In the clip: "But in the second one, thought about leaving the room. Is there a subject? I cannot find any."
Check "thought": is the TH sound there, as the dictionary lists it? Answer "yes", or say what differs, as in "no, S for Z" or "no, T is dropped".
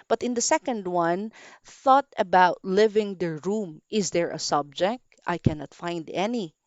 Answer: yes